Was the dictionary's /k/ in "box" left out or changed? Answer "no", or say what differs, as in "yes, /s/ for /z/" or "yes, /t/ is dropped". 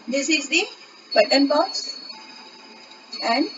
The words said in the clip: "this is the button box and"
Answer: yes, /k/ is dropped